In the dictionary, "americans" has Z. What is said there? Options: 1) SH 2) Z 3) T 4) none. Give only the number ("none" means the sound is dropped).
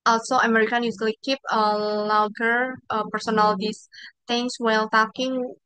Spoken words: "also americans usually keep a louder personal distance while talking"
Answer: 4